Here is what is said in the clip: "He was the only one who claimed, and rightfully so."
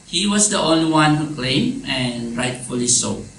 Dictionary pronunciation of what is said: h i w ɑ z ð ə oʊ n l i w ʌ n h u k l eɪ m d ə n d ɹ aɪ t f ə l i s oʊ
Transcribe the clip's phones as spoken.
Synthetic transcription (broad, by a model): h i w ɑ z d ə oʊ n l i w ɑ n h u k l eɪ m ə n ɹ aɪ t f ə l i s oʊ